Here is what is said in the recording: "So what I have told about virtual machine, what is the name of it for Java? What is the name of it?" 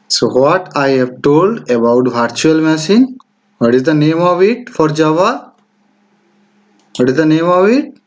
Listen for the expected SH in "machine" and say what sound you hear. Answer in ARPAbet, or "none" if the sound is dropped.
S